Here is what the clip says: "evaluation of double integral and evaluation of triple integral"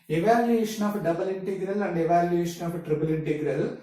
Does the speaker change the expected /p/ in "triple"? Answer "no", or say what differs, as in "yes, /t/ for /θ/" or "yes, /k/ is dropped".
yes, /b/ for /p/